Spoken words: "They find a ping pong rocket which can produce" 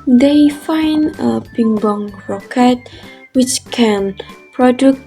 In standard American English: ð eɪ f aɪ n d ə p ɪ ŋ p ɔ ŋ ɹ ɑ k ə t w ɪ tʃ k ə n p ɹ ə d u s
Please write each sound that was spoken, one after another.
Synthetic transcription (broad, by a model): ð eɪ f aɪ n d ə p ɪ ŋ b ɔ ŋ ɹ ɑ k ə t w ɪ tʃ k ə n p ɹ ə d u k